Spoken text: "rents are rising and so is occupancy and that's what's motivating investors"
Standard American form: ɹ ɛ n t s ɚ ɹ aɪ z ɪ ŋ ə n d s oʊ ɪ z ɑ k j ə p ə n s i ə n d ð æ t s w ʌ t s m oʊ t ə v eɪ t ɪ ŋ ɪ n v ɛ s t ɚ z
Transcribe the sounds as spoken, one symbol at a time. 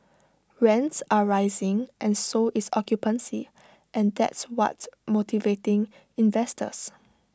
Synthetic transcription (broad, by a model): ɹ ɛ n t s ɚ ɹ aɪ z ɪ ŋ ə n s oʊ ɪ s ɑ k j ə p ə n s i ə n d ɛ t s w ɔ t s m oʊ t ə v eɪ t ɪ ŋ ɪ n v ɛ s t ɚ s